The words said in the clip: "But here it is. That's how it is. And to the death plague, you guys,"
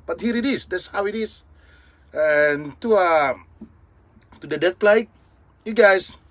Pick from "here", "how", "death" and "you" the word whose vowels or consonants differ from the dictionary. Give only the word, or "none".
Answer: death